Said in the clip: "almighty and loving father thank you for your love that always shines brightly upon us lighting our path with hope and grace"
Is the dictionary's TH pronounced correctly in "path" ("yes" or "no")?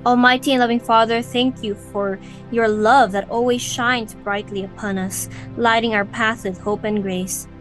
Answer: yes